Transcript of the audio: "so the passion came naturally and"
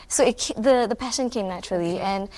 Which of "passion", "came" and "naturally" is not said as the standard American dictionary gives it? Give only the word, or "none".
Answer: none